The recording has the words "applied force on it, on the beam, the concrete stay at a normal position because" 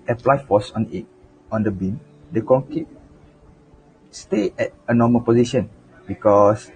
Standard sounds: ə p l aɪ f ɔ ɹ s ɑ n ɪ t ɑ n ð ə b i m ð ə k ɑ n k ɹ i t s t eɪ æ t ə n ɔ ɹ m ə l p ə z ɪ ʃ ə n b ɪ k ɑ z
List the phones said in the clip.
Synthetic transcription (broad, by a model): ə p l aɪ f ɔ s ɑ n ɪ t ɑ n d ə b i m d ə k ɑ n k i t s t eɪ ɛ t ə n ɔ m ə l p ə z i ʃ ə n b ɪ k ɑ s